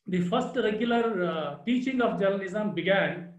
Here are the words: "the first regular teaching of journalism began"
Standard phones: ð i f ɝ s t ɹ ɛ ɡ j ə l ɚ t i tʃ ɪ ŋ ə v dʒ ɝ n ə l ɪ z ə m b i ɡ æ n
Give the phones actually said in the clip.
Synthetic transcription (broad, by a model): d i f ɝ s t ɹ ɛ ɡ j ə l ɚ t i tʃ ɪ ŋ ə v dʒ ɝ l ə n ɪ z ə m b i ɡ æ n